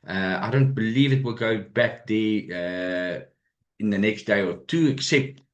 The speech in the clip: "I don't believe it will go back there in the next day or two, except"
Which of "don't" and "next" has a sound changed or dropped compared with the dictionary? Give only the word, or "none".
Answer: none